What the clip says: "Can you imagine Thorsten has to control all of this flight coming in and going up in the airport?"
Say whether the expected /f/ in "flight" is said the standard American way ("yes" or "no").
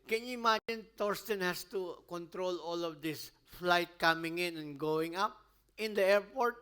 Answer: yes